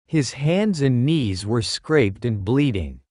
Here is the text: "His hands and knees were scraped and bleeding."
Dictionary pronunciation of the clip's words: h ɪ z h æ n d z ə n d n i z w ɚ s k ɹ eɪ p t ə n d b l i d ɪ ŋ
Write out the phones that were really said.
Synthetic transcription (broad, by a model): h ɪ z h æ n d z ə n n i z w ɚ s k ɹ eɪ p t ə n b l i d ɪ ŋ